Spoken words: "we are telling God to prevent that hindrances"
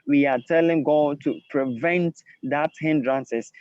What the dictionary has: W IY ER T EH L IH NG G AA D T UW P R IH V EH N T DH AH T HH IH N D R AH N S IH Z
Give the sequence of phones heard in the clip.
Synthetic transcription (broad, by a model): W IY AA T EH L IH NG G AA T UW P R IH V EH N T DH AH T HH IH N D R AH N S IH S